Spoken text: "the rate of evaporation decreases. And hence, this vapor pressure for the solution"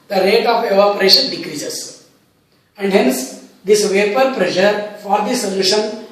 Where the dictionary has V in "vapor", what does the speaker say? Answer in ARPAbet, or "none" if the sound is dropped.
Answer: V